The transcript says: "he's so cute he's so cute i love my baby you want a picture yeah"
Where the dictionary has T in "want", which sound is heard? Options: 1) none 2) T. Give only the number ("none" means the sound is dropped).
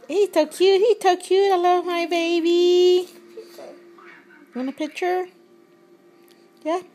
1